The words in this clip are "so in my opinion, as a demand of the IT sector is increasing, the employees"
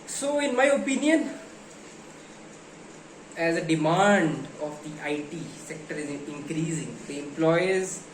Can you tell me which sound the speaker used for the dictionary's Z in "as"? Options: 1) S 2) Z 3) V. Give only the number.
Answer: 2